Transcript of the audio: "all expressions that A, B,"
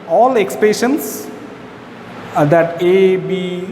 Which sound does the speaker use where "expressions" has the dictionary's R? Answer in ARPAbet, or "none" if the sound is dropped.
none